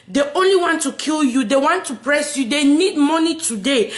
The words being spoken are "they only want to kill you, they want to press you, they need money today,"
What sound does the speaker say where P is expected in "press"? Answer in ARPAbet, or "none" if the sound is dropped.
P